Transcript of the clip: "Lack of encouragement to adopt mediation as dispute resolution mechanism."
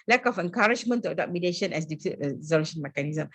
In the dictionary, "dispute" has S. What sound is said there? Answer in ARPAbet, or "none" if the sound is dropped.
none